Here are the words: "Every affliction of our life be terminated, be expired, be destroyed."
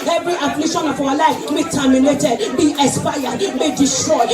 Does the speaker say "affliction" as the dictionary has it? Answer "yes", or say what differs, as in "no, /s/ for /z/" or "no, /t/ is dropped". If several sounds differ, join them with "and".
no, /k/ is dropped